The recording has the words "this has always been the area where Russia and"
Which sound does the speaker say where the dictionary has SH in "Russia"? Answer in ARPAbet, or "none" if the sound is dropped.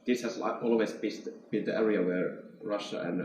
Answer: SH